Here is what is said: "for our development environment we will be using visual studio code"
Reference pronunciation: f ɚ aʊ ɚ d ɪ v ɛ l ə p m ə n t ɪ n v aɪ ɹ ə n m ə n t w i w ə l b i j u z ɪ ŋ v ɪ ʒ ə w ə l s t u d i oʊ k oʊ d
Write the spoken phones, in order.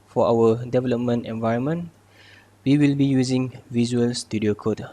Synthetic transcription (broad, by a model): f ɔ aʊ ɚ d ɪ v ɛ l ə p m ə n t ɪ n v aɪ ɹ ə n m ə n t w i w ə l b i j u z ɪ ŋ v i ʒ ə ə l s t u d i oʊ k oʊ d